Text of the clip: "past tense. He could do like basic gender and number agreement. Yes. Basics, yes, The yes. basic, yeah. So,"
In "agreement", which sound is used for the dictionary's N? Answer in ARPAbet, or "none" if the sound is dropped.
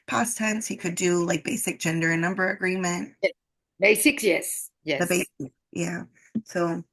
N